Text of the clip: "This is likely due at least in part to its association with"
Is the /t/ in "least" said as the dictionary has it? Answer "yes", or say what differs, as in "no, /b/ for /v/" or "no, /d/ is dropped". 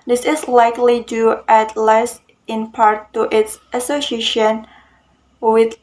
no, /t/ is dropped